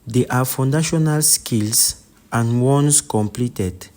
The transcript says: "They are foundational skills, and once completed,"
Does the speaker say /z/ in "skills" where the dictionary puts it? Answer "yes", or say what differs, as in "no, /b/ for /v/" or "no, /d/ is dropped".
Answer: no, /s/ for /z/